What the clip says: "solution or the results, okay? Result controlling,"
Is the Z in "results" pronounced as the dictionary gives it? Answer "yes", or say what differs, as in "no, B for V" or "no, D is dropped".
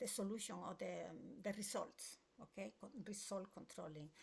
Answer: no, S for Z